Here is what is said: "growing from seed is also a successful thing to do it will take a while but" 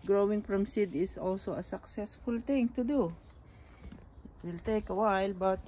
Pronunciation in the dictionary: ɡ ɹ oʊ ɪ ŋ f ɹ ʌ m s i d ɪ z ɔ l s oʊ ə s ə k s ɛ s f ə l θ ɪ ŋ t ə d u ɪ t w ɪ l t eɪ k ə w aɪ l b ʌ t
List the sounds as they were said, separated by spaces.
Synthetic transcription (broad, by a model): ɡ ɹ oʊ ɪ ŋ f ɹ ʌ m s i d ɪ s ɔ l s oʊ ə s ə k s ɛ s f ə l t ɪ ŋ t ə d u ɪ t w ɪ l t eɪ k ə w aɪ l b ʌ t